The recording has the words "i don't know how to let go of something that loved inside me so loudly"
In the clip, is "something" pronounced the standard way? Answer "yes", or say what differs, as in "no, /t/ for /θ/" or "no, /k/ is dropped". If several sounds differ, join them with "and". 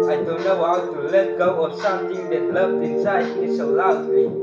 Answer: no, /t/ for /θ/